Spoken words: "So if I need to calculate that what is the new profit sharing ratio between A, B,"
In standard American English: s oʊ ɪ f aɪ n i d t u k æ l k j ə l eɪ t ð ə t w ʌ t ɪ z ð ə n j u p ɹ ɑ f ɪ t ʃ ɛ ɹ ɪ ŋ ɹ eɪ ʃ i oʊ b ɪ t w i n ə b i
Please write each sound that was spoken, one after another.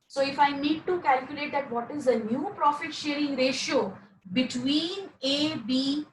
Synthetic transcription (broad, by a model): s oʊ ɪ f aɪ n i d t u k æ l k j ə l eɪ t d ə t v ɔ t ɪ z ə n j u p ɹ ɑ f ɪ t ʃ ɛ ɹ ɪ ŋ ɹ eɪ ʃ i oʊ b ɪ t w i n ə b i